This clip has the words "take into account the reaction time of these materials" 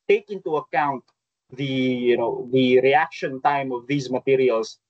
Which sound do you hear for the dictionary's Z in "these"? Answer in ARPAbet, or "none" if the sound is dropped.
Z